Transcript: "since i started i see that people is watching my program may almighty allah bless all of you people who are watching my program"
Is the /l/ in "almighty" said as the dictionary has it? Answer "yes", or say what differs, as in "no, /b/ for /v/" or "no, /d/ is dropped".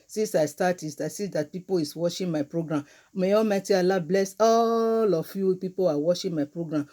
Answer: no, /l/ is dropped